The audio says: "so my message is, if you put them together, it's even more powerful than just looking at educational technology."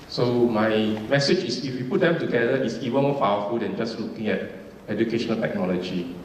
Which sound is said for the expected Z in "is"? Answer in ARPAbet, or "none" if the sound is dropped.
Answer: S